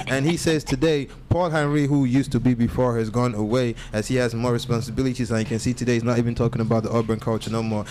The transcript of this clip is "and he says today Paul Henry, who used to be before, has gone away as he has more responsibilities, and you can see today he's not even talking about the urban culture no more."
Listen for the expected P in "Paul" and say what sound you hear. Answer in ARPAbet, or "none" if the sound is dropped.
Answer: P